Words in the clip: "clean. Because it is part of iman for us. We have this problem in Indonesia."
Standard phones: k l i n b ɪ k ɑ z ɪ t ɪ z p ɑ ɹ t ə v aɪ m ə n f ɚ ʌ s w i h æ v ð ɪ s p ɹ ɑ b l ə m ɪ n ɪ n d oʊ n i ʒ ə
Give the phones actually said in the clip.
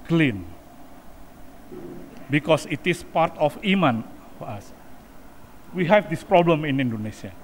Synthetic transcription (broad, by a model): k l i n b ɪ k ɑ s ɪ t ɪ s p ɑ ɹ t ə f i m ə n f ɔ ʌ s w i h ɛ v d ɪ s p ɹ ɑ b l ə m ɪ n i n d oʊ n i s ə